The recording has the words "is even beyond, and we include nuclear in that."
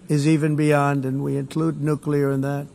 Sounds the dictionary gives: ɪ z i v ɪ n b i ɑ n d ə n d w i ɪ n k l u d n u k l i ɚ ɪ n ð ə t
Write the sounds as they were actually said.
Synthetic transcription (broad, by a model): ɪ z i v ɪ n b i ɑ n d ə n w i ɪ n k l u d n u k l i ɚ ɪ n ð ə t